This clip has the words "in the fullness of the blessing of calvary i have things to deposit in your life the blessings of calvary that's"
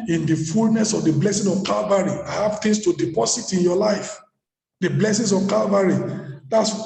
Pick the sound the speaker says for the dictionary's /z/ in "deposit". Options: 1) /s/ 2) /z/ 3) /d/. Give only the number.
1